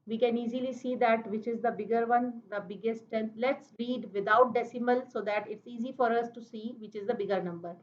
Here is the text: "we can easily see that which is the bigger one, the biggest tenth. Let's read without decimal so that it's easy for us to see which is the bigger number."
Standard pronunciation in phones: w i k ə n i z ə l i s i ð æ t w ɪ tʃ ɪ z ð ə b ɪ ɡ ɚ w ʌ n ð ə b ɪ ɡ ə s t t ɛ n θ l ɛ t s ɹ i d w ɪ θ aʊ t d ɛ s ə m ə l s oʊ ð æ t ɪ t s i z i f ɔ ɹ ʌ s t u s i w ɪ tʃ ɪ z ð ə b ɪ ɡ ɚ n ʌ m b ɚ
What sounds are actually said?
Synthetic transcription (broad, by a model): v i k ə n i z ə l i s i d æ t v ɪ tʃ ɪ z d ə b ɪ ɡ ɚ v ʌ n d ə b ɪ ɡ ə s t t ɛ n l ɛ t s ɹ i d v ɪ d aʊ t d ɛ s ə m ə l s oʊ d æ t ɪ t s i z i f ɔ ɹ ʌ s t u s i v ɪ tʃ ɪ z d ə b ɪ ɡ ɚ n ʌ m b ɚ